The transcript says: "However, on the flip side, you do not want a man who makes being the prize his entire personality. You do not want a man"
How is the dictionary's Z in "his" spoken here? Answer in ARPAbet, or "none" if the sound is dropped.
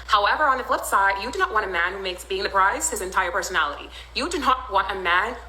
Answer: Z